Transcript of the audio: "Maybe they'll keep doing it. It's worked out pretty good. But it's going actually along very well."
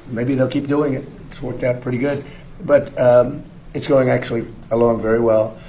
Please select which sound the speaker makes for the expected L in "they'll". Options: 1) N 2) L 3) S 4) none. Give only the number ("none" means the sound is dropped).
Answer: 2